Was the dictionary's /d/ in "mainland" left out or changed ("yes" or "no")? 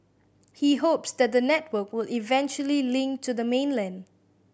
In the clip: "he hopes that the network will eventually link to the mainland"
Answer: no